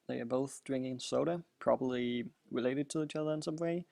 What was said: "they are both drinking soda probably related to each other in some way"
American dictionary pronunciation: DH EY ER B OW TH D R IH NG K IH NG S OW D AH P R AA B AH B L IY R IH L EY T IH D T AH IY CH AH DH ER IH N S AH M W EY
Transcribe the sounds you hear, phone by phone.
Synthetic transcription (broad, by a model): DH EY ER B OW TH D R IH NG K IH NG S OW D AH P R AA B AH B L IY R IH L EY T IH D T AH IY CH AH DH ER IH N S AH M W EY